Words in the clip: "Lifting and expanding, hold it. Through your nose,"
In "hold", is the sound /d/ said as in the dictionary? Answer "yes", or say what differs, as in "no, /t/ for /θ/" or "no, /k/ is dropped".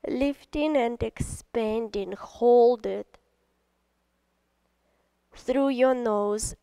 yes